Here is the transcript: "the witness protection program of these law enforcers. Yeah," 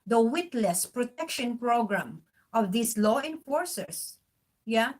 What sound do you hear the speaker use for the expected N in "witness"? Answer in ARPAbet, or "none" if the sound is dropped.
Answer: L